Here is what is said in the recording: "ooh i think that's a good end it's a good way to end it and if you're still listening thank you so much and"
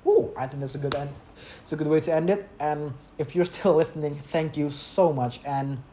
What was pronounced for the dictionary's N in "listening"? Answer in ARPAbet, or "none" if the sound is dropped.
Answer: N